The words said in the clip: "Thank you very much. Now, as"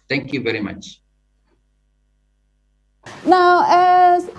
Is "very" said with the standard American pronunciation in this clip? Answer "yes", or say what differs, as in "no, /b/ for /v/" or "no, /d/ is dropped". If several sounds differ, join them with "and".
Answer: yes